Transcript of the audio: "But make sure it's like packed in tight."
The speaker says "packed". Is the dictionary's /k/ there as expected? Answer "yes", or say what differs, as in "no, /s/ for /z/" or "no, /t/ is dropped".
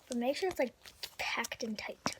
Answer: yes